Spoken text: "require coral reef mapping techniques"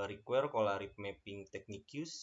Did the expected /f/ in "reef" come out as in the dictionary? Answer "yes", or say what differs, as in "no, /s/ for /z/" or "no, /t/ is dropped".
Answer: no, /p/ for /f/